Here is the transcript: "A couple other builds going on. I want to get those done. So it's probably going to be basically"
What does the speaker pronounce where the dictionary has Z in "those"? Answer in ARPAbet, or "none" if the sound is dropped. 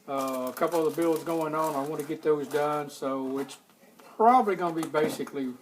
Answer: Z